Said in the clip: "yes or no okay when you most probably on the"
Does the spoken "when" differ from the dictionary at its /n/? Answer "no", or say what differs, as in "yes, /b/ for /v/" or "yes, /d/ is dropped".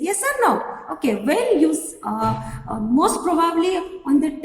yes, /l/ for /n/